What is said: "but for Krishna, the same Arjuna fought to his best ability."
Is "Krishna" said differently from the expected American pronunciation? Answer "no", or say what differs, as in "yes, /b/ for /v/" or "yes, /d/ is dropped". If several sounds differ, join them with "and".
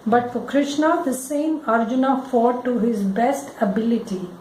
no